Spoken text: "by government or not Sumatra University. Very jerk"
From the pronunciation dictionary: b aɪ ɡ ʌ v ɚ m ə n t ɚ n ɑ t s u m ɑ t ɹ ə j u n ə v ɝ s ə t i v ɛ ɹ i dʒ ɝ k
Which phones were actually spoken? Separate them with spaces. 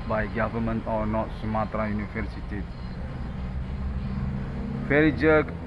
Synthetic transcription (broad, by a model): b aɪ ɡ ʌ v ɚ m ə n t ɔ n ɑ t s u m ɑ t ɹ ə j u n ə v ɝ s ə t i f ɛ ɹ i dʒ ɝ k